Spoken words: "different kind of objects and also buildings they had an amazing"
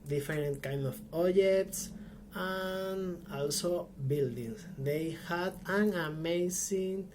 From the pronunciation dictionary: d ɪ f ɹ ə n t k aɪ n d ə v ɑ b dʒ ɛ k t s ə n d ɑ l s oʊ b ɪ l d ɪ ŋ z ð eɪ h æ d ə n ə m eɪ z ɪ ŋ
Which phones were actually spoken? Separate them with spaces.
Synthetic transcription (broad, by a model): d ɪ f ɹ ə n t k aɪ n d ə p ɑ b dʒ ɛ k t s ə n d ɑ l s oʊ b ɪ l d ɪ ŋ s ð eɪ h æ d ə n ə m eɪ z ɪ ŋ